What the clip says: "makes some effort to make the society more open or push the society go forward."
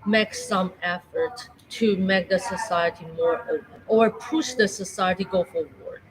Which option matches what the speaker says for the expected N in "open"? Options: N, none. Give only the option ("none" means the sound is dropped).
none